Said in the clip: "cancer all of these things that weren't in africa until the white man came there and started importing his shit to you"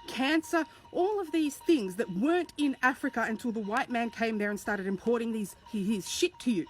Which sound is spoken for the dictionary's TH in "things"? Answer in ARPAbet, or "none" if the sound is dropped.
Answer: TH